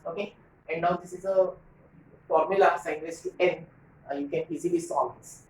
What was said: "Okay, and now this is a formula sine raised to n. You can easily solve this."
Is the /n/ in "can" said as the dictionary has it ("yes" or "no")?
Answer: yes